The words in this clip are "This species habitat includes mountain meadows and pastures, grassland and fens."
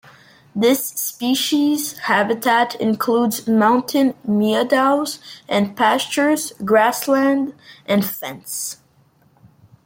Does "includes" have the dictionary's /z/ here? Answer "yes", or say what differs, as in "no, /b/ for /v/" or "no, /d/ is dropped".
yes